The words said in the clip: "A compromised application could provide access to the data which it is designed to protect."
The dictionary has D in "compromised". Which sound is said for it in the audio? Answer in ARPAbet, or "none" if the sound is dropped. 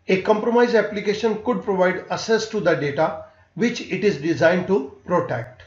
none